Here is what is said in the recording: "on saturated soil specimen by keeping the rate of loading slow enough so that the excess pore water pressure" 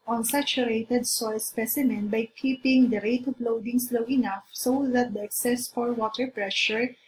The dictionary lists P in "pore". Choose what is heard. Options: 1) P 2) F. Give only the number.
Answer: 2